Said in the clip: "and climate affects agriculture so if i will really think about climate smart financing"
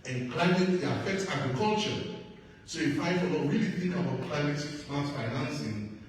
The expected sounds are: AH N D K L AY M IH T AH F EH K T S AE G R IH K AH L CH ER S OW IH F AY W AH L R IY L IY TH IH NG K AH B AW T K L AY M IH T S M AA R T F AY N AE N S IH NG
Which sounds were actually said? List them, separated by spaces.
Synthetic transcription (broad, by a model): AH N K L AY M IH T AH F EH K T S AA G R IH K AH L CH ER S OW IH F AY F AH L W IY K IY TH IH NG K AH B AW T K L AY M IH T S AA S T F AY N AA N S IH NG